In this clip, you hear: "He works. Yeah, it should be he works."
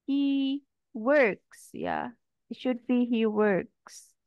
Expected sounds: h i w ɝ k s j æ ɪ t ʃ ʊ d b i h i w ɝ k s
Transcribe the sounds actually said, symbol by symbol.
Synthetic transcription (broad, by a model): h i w ɝ k s j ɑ ɪ t ʃ ʊ d b i h i w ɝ k s